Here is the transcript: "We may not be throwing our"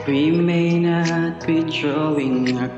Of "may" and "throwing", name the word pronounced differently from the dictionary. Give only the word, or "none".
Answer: throwing